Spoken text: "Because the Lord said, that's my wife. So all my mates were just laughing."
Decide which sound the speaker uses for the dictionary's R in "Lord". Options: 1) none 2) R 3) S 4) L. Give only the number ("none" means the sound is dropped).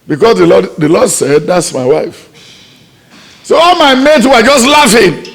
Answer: 4